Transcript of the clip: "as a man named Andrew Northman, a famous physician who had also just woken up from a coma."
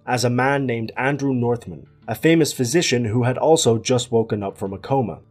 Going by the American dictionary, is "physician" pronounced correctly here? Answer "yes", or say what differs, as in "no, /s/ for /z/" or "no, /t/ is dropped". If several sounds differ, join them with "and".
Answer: yes